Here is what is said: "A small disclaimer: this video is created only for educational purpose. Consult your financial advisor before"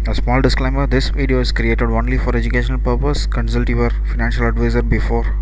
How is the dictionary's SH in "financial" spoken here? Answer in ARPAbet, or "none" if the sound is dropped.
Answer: SH